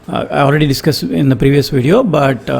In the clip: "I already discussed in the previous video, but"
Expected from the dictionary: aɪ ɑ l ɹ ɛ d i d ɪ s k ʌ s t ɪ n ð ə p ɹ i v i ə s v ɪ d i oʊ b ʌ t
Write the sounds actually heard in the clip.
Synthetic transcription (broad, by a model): aɪ ɑ l ɹ ɛ d i d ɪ s k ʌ s ɪ n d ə p ɹ i v i ə s v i d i oʊ b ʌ t